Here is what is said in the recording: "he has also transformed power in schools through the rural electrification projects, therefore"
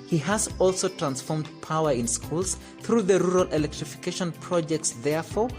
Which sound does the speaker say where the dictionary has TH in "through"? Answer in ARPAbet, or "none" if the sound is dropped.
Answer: TH